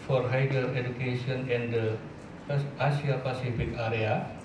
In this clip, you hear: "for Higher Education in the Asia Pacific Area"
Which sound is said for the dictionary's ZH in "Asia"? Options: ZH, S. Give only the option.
S